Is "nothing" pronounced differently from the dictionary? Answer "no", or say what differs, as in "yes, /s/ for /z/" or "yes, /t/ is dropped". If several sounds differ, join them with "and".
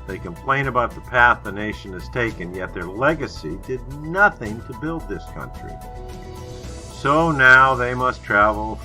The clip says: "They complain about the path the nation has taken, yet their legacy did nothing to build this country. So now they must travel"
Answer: no